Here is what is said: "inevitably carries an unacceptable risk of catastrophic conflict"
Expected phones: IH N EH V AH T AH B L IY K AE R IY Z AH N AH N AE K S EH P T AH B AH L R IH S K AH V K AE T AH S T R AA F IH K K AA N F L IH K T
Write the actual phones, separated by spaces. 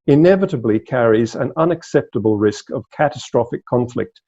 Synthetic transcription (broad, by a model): IH N EH V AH T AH B L IY K AE R IY Z AH N AH N AE K S EH P T AH B AH L R IH S K AH V K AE T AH S T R AA F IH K K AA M F L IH K T